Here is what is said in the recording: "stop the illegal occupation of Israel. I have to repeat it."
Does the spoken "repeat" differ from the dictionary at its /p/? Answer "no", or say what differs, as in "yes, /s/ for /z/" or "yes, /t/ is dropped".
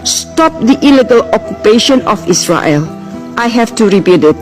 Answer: yes, /b/ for /p/